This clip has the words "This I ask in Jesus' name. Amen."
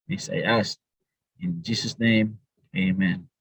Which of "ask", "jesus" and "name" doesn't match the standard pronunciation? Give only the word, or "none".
ask